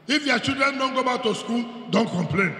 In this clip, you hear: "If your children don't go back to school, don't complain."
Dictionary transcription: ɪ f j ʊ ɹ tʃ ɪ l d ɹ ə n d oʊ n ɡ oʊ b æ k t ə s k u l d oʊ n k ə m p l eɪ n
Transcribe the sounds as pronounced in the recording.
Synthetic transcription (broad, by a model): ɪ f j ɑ tʃ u d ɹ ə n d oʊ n ɡ oʊ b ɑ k t ə s k u l d oʊ n k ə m p l eɪ n